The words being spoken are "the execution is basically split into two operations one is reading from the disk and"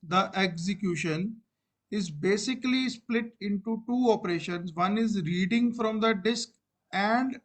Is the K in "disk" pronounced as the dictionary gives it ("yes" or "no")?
yes